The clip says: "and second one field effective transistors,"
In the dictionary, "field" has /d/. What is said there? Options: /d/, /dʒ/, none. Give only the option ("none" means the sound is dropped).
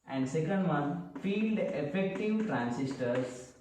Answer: /d/